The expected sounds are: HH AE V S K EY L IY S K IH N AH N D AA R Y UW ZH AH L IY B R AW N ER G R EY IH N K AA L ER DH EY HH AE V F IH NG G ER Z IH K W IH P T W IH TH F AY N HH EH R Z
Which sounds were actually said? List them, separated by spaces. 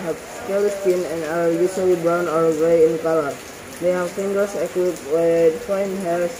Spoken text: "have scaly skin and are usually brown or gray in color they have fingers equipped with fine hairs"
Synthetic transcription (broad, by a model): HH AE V S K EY L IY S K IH N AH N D AA R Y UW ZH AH L IY B R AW N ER G R EY IH N K AA L ER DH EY HH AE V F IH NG G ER S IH K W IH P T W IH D F AY N HH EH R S